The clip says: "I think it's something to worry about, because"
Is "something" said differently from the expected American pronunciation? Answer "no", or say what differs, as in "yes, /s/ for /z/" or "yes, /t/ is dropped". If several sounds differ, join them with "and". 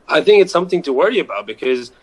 no